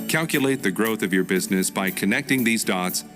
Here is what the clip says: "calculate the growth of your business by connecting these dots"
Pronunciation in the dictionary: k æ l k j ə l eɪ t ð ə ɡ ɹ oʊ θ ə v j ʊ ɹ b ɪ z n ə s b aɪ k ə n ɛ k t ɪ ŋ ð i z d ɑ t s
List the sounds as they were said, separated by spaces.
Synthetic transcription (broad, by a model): k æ l k j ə l eɪ t ð ə ɡ ɹ oʊ θ ə v j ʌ ɹ b ɪ z n ə s b aɪ k ə n ɛ k t ɪ ŋ ð i z d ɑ t s